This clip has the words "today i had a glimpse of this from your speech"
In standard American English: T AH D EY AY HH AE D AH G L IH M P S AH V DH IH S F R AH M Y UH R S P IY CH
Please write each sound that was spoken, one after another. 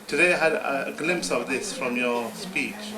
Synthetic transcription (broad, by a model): T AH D EY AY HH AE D AH G L IH M P S AH V DH IH S F R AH M Y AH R S P IY CH